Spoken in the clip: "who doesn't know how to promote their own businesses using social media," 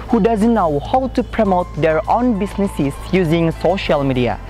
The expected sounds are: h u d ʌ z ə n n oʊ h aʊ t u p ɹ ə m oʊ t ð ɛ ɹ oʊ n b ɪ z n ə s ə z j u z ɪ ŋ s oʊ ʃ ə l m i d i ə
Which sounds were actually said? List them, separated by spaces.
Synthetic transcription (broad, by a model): h u d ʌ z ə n n oʊ h aʊ t u p ɹ ə m oʊ t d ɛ ɹ oʊ n b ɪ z n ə s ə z j u z ɪ ŋ s oʊ ʃ ə l m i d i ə